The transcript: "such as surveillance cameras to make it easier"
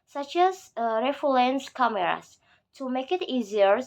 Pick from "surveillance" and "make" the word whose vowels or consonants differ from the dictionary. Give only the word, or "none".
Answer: surveillance